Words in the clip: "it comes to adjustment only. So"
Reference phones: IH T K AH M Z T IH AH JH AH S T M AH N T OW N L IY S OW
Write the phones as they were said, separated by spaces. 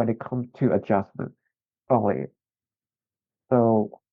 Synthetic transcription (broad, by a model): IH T K AH M T IH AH JH AH S M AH N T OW L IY S OW